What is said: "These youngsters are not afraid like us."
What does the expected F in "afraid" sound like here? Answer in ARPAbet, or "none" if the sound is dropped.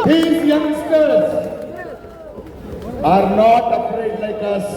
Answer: P